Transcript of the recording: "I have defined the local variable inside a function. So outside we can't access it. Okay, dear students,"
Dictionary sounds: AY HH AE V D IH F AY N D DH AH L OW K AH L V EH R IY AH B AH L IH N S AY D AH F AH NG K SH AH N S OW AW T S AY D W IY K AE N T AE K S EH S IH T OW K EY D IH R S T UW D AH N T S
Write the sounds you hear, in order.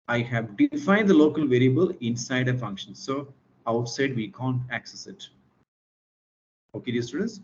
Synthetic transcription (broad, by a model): AY HH AE V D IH F AY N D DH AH L OW K AH L V EH R IY AH B AH L IH N S AY D AH F AH NG K SH AH N S OW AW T S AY D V IY K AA N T AE K S EH S IH T OW K EY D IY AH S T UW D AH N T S